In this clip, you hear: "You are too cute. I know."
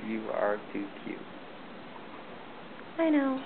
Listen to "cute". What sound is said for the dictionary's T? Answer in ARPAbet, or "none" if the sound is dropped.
none